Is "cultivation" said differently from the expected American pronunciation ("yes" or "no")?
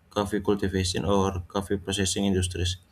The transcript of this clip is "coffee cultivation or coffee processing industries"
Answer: yes